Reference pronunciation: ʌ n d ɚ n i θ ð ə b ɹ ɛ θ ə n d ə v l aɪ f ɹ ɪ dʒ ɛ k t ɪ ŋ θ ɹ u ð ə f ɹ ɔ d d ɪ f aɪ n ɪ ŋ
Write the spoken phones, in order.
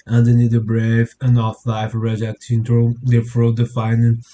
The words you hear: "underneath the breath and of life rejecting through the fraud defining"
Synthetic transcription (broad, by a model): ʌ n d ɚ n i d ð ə b ɹ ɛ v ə n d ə f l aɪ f ɹ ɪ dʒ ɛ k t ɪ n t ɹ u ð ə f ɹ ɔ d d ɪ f aɪ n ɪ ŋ